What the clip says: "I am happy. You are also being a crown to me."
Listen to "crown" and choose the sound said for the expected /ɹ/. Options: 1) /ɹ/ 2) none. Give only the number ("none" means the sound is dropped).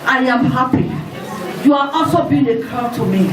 2